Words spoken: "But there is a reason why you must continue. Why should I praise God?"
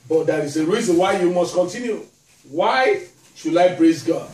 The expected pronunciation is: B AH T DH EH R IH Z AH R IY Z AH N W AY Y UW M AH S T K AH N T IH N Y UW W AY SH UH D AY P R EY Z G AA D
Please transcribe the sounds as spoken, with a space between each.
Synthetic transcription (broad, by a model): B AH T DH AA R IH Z AH R IY Z AH N W AY Y UW M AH S T K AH N T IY N Y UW W AY SH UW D AY B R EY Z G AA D